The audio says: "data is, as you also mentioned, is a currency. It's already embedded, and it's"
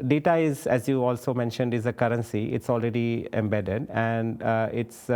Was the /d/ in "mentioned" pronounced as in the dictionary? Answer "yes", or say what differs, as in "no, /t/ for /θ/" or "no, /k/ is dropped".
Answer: yes